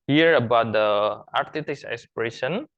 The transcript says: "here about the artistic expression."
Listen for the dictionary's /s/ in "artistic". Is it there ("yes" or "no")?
no